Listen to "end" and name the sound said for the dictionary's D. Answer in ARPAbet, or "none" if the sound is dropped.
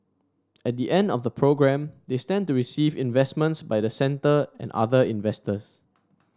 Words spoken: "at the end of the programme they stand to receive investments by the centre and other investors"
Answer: D